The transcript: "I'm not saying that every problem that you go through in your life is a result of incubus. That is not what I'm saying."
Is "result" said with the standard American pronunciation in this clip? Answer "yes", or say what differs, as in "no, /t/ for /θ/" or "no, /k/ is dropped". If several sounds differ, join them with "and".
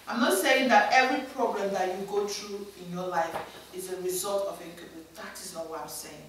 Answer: yes